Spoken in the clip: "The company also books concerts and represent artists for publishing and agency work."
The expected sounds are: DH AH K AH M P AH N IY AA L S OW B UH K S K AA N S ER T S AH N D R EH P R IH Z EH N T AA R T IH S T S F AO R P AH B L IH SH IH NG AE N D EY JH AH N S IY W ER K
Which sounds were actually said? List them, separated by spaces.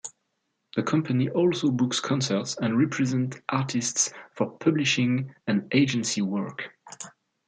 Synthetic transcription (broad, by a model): DH AH K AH M P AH N IY AA L S OW B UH K S K AA N S ER T S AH N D R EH P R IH Z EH N T AA R T IH S T S F AO R P AH B L IH SH IH NG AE N EY JH AH N S IY W ER K